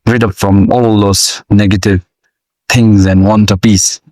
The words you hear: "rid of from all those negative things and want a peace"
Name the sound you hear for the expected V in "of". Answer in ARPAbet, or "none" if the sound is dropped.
P